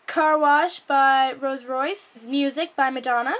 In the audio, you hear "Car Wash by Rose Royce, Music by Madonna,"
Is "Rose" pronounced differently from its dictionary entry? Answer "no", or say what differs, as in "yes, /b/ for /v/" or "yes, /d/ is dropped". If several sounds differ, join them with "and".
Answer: no